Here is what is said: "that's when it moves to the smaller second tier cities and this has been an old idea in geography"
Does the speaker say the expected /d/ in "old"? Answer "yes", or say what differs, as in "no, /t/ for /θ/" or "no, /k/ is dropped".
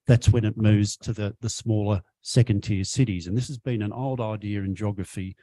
yes